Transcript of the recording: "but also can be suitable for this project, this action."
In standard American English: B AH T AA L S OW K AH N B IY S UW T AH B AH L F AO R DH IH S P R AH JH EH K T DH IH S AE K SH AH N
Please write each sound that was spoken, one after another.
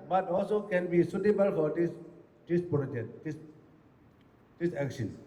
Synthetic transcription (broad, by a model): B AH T AA L S OW K AH N B IY S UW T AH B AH L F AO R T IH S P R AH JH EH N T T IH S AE K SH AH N